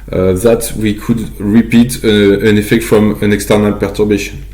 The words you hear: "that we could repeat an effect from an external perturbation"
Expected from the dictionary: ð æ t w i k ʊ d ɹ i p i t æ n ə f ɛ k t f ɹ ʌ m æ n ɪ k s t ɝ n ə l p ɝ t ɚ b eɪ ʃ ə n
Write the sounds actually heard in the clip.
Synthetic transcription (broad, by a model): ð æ t w i k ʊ d ɹ i p i t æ n ə f ɛ k t f ɹ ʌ m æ n ɪ k s t ɝ n ə l p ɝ t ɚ b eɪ ʃ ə n